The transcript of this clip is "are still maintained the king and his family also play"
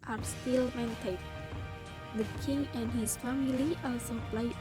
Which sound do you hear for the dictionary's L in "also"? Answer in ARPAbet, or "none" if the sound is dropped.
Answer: none